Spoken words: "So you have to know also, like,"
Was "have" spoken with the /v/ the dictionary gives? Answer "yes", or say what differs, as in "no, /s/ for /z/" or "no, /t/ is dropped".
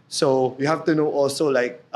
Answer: no, /f/ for /v/